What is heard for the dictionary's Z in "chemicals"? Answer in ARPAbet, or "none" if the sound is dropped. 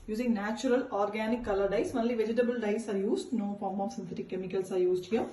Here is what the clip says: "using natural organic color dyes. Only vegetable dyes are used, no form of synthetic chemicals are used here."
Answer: S